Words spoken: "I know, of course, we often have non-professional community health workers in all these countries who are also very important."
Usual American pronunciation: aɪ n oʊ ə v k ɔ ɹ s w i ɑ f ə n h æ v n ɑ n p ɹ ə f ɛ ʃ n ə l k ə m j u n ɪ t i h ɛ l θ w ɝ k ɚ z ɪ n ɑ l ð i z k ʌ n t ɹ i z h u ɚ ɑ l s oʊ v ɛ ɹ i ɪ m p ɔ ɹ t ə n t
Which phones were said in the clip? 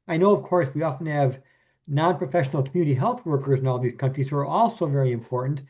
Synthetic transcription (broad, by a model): aɪ n oʊ ə v k ɔ ɹ s w i ɑ f ə n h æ v n ɑ n p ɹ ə f ɛ ʃ n l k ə m j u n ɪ t i h ɛ l θ w ɝ k ɚ z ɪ n ɑ l ð i z k ʌ n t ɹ i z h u ɚ ɑ l s oʊ v ɛ ɹ i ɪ m p ɔ ɹ t n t